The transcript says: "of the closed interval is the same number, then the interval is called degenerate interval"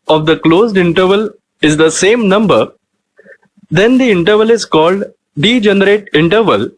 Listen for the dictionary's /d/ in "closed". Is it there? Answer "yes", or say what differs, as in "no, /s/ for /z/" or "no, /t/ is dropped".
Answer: yes